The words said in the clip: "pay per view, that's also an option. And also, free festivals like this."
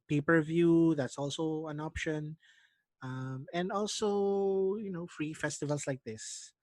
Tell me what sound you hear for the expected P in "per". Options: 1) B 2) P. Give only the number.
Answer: 2